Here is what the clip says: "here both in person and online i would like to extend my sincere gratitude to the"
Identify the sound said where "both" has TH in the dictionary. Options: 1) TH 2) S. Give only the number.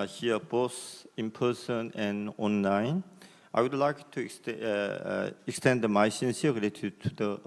2